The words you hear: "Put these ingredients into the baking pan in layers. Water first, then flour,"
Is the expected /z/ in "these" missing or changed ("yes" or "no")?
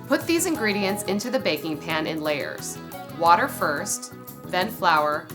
no